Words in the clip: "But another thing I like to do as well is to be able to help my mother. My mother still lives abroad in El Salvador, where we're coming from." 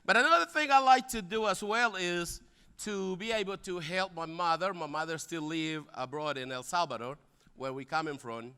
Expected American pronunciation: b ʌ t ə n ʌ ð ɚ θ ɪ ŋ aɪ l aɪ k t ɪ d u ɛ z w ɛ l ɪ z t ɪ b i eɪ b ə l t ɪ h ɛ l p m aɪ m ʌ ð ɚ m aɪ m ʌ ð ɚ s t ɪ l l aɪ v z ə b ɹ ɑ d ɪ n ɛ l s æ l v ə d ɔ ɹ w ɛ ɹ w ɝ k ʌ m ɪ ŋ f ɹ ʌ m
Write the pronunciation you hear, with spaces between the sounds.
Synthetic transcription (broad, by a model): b ʌ t ə n ʌ ð ɚ θ ɪ ŋ aɪ l aɪ k t ɪ d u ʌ z w ɛ l ɪ z t ɪ b i eɪ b l t ɪ h ɛ l p m aɪ m ʌ ð ɚ m aɪ m ʌ ð ɚ s t ɪ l l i v ə b ɹ ɑ d ɪ n ɛ l s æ l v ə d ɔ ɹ w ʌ ɹ w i k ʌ m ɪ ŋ f ɹ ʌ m